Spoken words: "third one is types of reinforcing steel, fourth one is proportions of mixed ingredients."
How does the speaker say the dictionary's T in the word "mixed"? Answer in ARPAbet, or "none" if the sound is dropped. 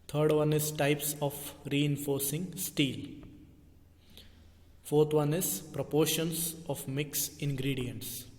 none